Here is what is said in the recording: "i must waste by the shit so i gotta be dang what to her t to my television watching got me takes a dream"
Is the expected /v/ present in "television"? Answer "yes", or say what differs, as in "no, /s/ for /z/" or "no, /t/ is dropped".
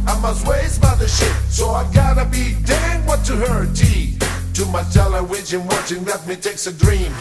no, /w/ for /v/